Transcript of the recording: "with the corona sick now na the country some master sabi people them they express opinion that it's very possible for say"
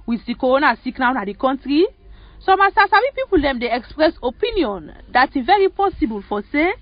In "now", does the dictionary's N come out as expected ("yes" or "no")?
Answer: yes